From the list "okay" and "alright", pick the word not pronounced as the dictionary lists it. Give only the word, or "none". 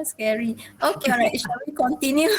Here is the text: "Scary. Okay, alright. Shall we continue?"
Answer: alright